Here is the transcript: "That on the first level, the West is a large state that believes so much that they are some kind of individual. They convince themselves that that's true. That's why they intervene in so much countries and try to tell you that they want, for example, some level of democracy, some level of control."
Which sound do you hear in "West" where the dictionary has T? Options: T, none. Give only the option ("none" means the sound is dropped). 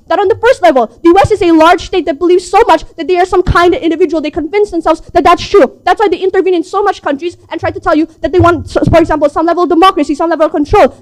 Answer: none